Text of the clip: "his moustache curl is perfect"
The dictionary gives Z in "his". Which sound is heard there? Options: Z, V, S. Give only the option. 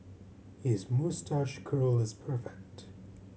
Z